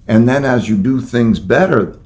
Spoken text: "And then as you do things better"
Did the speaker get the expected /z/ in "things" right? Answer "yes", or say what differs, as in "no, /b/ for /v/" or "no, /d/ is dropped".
yes